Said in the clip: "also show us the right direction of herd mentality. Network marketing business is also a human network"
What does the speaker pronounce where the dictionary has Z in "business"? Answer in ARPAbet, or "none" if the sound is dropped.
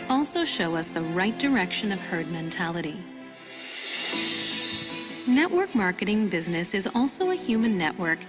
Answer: Z